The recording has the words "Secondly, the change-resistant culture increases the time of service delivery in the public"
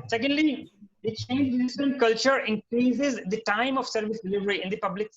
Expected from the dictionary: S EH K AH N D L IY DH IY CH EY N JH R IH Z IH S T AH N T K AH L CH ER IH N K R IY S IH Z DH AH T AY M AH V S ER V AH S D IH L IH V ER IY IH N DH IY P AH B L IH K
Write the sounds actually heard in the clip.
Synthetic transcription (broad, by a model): S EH K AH N D L IY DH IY CH EY N JH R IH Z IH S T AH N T K AH L CH ER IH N K R IY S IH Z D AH T AY M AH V S ER V AH S D IH L IH V ER IY IH N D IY P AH B L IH K